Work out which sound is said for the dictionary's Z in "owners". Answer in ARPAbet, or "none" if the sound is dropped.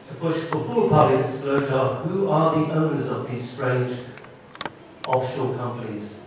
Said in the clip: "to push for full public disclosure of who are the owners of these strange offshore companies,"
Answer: Z